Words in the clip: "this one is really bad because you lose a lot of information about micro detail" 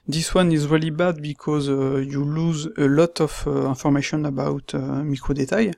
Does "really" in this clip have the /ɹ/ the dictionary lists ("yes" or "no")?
yes